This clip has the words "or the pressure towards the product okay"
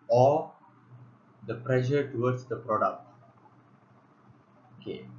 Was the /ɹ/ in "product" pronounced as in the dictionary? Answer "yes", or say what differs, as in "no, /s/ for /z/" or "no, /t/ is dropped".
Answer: yes